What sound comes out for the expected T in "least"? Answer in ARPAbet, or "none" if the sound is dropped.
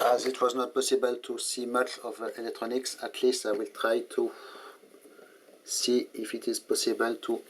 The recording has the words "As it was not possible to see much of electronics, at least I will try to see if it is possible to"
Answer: none